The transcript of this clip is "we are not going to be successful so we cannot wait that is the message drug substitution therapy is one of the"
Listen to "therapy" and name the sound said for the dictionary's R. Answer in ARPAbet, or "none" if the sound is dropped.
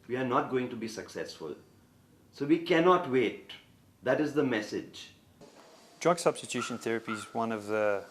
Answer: R